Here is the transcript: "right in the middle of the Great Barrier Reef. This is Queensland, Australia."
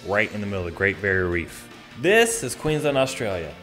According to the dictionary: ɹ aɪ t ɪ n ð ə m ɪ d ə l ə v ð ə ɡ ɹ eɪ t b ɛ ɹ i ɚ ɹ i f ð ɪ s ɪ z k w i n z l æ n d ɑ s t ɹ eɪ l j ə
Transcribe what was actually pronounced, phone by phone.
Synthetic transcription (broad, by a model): ɹ aɪ t ɪ n ð ə m ɪ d l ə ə ɡ ɹ eɪ t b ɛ ɹ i ɹ i f ð ɪ s ɪ z k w i n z ʌ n ɑ s t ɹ eɪ l j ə